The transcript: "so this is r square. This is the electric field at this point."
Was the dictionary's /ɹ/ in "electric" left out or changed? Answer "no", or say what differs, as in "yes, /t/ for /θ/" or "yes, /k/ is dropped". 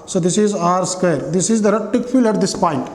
yes, /ɹ/ is dropped